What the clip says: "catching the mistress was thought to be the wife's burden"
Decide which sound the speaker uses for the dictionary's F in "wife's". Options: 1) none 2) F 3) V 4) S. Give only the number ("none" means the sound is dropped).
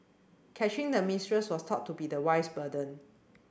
1